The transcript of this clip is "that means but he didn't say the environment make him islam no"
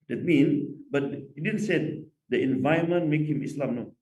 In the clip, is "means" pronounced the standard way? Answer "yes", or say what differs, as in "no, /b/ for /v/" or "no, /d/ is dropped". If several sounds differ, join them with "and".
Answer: no, /z/ is dropped